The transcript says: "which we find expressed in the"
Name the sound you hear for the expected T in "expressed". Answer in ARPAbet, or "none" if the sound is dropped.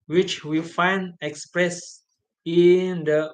none